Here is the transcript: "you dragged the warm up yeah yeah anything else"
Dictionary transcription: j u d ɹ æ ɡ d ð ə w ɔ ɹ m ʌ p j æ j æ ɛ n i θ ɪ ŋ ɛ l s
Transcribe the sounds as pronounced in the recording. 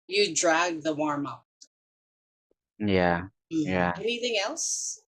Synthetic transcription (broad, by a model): j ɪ d ɹ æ ɡ ð ə w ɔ ɹ m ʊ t j æ j æ ɛ n i θ ɪ ŋ ɛ l s